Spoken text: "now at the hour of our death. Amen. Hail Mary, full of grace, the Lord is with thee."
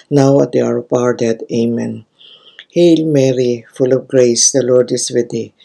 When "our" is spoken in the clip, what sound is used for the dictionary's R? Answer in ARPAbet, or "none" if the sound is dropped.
R